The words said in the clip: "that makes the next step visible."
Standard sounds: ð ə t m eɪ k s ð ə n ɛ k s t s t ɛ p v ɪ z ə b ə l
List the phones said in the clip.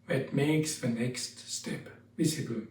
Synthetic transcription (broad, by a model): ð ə t m eɪ k s ð ə n ɛ k s t s t ɛ p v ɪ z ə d